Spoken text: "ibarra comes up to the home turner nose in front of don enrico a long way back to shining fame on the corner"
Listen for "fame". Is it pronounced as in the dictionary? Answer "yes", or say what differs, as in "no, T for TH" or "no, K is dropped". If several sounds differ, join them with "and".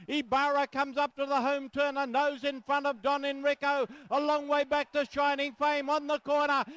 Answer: yes